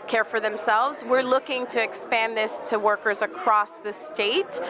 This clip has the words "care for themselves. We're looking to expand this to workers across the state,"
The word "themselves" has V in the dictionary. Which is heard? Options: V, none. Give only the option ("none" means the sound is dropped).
V